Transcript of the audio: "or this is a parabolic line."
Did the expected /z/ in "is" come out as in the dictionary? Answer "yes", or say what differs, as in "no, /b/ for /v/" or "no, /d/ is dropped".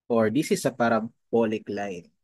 no, /s/ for /z/